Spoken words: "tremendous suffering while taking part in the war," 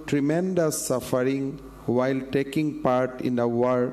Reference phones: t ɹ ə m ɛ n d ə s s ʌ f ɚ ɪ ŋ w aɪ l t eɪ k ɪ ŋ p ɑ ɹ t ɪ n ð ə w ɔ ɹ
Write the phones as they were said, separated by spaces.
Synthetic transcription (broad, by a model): t ɹ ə m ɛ n d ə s s ʌ f ɚ ɪ ŋ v aɪ l t eɪ k ɪ ŋ p ɑ ɹ t ɪ n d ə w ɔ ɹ